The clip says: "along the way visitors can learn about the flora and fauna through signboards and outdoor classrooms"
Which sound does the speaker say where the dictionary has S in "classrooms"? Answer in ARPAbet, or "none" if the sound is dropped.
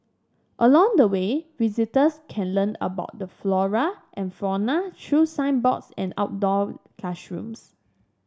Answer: SH